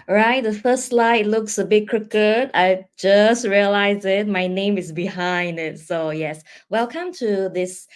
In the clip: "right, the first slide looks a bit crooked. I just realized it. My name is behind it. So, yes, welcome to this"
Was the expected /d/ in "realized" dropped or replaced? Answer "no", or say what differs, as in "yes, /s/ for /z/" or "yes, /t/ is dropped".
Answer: yes, /d/ is dropped